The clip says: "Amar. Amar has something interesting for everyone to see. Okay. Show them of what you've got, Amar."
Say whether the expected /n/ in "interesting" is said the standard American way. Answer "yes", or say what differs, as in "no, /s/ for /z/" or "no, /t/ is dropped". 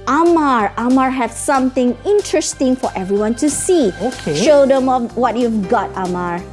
yes